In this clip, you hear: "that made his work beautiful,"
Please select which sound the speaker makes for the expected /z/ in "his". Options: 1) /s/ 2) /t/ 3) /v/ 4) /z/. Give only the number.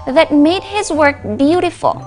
4